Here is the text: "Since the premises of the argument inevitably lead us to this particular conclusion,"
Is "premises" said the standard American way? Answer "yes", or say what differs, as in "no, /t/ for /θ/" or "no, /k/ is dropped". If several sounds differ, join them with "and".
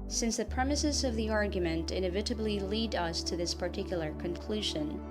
yes